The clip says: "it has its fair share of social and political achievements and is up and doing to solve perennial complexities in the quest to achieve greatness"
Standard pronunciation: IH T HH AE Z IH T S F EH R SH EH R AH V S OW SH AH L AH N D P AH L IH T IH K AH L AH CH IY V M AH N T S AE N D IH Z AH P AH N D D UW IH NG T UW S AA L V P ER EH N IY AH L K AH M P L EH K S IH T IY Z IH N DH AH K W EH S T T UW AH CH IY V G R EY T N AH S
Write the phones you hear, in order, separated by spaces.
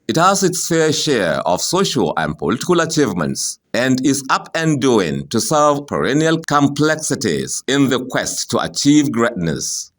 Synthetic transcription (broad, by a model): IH T HH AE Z IH T S F EH R SH EH R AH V S OW SH AH L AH N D P AH L IH T IH K AH L AH CH IY V M AH N T S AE N D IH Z AH P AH N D D UW IH NG T UW S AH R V P ER EH N IY AH L K AH M P L EH K S IH T IY Z IH N DH AH K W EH S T T UW AH CH IY V G R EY T N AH S